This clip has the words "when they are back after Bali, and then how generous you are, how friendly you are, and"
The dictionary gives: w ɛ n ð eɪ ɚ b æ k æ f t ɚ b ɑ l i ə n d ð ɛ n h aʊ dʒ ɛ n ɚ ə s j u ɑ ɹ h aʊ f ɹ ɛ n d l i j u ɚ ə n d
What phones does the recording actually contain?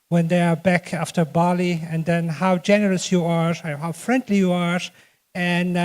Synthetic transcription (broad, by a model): w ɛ n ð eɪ ɚ b æ k æ f t ɚ b ɑ l i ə n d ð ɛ n h aʊ dʒ ɛ n ɚ ə s j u ɑ ɹ h aʊ f ɹ ɛ n d l i j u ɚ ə n